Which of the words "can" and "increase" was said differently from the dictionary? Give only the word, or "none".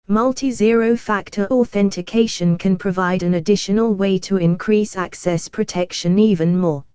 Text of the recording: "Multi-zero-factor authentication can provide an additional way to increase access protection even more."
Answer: none